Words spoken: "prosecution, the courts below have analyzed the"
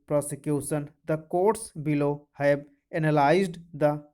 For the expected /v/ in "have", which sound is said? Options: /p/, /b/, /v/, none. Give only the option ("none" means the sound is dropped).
/b/